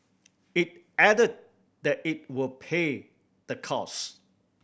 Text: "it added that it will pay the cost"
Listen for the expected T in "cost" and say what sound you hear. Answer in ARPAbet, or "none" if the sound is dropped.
none